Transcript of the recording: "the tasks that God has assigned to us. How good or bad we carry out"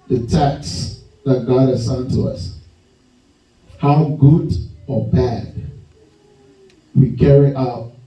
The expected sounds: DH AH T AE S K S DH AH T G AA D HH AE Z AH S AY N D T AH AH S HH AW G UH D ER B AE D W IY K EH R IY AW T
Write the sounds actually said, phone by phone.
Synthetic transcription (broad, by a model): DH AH T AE K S DH AH T G AA D HH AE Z S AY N T AH AH S HH AW G UH D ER B AE D W IY K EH R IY AW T